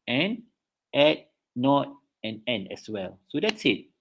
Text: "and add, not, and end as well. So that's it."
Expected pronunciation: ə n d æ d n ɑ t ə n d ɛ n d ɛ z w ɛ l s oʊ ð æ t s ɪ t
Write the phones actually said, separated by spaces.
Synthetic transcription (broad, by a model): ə n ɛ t n ɑ t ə n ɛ n ɛ s w ɛ l s oʊ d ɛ t s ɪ t